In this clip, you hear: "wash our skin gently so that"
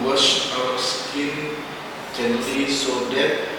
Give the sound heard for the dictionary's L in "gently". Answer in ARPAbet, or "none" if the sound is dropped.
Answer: none